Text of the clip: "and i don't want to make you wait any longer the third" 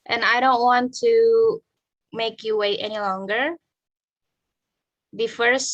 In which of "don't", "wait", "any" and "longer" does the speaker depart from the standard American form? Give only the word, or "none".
none